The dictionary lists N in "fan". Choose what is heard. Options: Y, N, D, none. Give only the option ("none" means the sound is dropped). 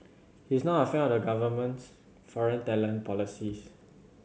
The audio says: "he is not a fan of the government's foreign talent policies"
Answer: none